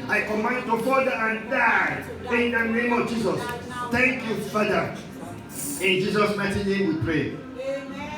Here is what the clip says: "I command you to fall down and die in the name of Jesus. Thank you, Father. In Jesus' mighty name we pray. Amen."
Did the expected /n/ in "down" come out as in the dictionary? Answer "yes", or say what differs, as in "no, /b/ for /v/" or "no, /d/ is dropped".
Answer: no, /n/ is dropped